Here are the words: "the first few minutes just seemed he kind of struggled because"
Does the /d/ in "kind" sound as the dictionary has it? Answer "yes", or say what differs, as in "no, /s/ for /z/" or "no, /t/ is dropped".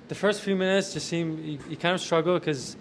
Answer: no, /d/ is dropped